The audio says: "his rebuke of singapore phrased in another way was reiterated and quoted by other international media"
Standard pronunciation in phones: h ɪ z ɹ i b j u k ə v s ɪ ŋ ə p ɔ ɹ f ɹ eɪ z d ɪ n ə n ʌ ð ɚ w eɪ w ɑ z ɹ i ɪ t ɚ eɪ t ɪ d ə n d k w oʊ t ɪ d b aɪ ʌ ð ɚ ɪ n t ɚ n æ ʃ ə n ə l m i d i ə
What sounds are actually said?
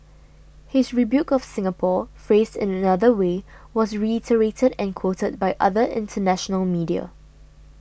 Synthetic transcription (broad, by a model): h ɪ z ɹ i b j u k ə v s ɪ ŋ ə p ɔ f ɹ eɪ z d ɪ n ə n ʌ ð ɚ w eɪ w ɑ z ɹ i ɪ t ɚ eɪ t ɪ d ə n k w oʊ t ɪ d b aɪ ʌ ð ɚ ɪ n t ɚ n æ ʃ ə n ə l m i d i ə